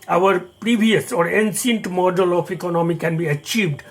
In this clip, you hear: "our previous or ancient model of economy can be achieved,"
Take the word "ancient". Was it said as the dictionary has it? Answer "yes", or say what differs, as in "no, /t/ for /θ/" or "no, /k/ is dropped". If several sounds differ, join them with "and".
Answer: no, /s/ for /ʃ/